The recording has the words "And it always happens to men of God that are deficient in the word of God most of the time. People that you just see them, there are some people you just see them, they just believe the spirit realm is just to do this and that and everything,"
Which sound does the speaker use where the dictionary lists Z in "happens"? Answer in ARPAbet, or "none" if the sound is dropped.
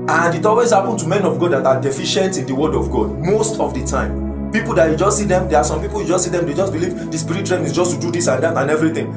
none